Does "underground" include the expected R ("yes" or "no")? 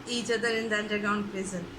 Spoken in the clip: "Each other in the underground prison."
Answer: no